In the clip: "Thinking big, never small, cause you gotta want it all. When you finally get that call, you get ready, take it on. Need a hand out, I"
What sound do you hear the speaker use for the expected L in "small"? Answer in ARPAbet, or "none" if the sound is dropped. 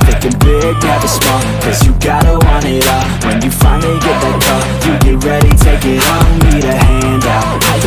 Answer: N